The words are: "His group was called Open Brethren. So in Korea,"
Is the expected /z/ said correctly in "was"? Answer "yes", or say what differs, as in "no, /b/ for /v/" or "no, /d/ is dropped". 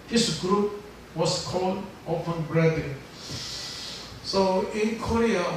no, /s/ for /z/